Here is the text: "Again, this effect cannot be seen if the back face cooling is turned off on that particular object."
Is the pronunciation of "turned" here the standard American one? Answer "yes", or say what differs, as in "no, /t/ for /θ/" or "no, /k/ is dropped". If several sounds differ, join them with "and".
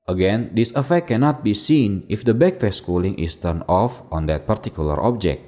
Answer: no, /d/ is dropped